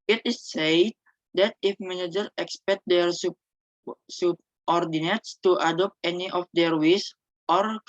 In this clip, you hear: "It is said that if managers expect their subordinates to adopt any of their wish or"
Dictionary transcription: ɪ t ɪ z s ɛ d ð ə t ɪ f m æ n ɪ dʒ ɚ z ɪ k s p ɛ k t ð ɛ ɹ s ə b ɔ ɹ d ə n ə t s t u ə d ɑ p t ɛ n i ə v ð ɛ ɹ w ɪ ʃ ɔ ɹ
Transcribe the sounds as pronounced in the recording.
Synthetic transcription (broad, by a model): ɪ t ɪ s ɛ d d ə t ɪ f m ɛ n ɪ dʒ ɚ ɪ k s p ɛ k t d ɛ ɹ s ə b ɔ ɹ d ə n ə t s t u ə d ɑ p t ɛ n i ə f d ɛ ɹ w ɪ s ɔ ɹ